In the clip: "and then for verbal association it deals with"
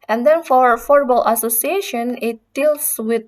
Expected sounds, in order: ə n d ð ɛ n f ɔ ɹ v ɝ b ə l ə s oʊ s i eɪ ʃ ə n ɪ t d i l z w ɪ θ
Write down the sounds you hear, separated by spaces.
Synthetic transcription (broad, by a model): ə n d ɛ n f ɔ ɹ f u b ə l ə s oʊ s i eɪ ʃ ə n ɪ t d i l s w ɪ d